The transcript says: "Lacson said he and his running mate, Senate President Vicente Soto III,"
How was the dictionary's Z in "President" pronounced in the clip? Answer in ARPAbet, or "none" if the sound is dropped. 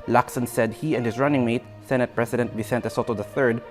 S